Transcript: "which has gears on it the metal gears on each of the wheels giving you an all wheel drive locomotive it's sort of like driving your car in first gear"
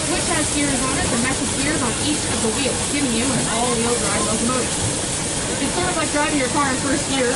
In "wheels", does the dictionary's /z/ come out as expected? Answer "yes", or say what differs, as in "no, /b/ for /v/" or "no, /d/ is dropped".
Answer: no, /z/ is dropped